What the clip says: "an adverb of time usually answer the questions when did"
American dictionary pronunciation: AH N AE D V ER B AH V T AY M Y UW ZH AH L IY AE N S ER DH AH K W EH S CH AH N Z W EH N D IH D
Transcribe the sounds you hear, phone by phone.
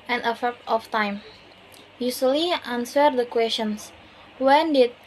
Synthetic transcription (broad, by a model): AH N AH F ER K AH F T AY M Y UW S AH L IY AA N S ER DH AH K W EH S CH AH N S W EH N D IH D